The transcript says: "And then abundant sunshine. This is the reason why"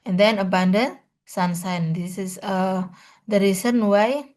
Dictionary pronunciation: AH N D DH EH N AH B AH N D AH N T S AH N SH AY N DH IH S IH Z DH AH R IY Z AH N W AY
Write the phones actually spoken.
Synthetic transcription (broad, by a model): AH N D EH N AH B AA N D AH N S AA N S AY N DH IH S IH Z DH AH R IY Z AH N W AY